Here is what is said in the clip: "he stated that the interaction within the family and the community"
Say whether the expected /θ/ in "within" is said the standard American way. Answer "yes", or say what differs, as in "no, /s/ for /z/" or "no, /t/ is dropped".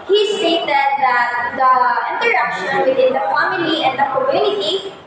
no, /t/ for /θ/